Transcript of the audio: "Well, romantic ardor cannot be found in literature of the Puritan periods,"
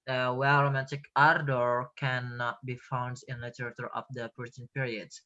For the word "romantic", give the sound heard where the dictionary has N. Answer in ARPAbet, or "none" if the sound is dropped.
none